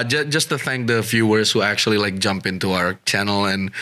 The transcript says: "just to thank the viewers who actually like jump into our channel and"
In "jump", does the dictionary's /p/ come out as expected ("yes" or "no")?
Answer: yes